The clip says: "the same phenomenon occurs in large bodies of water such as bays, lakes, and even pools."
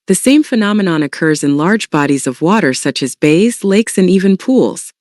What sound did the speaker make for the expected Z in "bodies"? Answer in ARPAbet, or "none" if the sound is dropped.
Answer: Z